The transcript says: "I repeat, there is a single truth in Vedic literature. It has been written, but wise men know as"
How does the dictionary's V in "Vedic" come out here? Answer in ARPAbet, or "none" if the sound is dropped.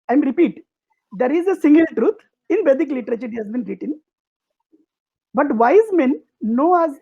B